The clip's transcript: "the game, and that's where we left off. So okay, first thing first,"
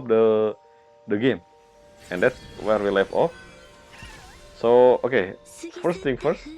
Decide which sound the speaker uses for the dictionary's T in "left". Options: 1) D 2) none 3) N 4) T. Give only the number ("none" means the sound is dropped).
2